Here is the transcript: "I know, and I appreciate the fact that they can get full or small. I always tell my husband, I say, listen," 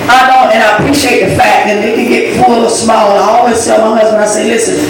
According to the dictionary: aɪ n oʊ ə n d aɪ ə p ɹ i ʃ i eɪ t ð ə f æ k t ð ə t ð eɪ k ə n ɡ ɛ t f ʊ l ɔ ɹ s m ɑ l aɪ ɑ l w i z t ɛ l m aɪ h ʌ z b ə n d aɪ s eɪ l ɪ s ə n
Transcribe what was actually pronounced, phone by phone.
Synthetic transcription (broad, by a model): aɪ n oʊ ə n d aɪ ə p ɹ i ʃ i eɪ t ð ə f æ k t ð ə t ð eɪ k ə n ɡ ɛ t f ʊ l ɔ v s m ɑ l aɪ ɑ l w i z s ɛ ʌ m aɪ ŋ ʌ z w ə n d aɪ s eɪ l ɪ s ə n